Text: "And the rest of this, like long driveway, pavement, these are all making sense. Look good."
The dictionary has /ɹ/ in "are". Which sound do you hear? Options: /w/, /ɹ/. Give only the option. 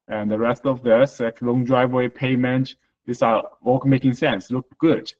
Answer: /w/